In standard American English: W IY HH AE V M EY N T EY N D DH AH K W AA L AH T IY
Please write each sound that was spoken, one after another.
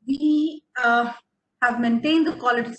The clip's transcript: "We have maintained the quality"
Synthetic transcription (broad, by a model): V IY HH AE V M EY N T EY N D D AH K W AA L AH T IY